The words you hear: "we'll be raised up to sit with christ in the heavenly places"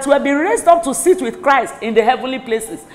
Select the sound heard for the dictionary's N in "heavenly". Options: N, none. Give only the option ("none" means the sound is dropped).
N